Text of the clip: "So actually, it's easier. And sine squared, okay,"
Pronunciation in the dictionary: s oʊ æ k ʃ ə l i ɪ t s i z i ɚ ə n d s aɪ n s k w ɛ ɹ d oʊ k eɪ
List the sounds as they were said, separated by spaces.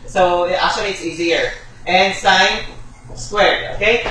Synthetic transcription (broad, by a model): s oʊ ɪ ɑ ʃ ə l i ɪ t s i z i ɚ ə n s aɪ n s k w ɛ ɹ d oʊ k eɪ